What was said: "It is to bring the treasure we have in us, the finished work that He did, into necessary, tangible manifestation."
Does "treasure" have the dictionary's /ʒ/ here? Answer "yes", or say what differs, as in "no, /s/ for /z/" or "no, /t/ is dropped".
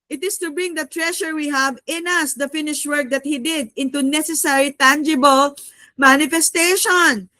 no, /ʃ/ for /ʒ/